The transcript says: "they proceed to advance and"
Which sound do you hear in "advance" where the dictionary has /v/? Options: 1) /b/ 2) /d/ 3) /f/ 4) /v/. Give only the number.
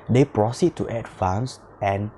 3